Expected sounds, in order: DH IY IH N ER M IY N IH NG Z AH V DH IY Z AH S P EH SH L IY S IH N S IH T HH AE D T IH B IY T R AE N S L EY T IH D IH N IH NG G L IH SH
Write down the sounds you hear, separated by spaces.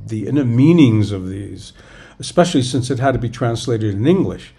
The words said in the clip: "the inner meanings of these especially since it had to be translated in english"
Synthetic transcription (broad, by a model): DH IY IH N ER M IY N IH NG Z AH V DH IY Z AH S P EH SH L IY S IH N S IH T HH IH D T IH B IY T R AE N S L EY T IH D IH N IH NG G L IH SH